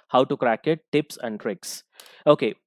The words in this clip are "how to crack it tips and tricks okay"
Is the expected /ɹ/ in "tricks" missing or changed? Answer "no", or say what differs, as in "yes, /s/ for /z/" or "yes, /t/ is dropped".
no